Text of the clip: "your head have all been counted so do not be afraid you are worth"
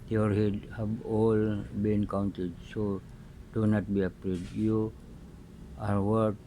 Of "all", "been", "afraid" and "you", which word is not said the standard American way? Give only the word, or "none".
afraid